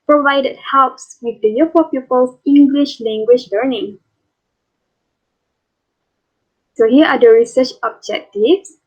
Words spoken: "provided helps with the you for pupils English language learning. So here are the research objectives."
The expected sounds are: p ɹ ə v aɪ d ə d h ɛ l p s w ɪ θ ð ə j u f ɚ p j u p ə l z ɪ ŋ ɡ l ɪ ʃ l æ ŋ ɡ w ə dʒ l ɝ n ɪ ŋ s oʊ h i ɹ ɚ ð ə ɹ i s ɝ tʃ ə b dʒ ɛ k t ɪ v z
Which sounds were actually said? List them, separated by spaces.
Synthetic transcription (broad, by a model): p ɹ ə v aɪ d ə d h ɛ l p s w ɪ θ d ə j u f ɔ p j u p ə l s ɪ ŋ ɡ l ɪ ʃ l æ ŋ ɡ w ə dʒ l ɝ n ɪ ŋ s oʊ h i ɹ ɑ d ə ɹ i s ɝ tʃ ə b dʒ ɛ k t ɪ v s